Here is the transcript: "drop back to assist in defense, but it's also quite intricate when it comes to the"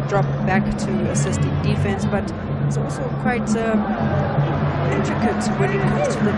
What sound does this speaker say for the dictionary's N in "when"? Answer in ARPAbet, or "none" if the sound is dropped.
L